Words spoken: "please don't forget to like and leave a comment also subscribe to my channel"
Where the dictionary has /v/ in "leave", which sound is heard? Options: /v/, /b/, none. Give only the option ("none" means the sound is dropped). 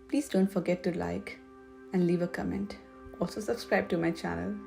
/v/